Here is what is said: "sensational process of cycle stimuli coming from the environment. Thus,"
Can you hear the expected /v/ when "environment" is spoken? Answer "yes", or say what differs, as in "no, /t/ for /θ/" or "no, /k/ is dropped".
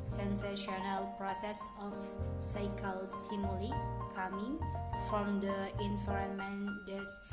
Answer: no, /f/ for /v/